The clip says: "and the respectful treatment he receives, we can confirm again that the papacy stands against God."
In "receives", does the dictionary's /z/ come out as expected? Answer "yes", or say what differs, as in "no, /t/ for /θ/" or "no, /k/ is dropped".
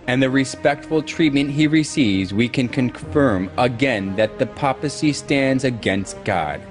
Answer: yes